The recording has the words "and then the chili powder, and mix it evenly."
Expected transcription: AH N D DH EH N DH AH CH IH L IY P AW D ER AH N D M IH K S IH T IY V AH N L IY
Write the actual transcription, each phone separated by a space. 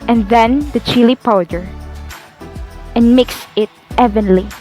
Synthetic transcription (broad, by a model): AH N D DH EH N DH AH CH IH L IY P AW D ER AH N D M IH K S IH T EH V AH N L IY